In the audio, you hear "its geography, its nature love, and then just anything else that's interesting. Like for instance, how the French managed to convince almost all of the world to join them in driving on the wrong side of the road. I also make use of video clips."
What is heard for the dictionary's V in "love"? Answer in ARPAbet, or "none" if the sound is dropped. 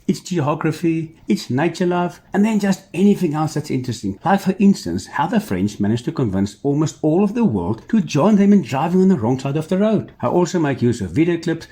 V